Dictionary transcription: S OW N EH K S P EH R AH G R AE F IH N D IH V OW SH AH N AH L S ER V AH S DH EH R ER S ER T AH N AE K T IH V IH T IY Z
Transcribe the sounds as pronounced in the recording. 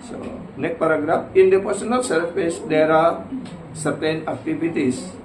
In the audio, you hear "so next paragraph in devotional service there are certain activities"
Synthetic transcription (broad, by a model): S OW N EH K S P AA R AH G R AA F IH N D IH P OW S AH N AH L S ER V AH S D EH R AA S ER T AH N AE K T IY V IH T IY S